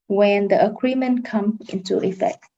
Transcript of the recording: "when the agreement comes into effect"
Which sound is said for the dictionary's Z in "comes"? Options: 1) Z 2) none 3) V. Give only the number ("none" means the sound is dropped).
2